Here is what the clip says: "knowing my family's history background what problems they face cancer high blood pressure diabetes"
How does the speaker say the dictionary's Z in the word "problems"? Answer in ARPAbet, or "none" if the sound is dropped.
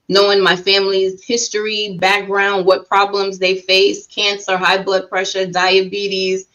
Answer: Z